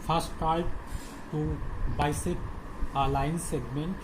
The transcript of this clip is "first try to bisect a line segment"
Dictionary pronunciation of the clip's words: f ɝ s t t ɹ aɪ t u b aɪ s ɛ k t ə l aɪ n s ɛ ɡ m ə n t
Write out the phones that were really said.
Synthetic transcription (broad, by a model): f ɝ s t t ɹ aɪ t u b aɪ s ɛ t ə l aɪ n s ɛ ɡ m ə n t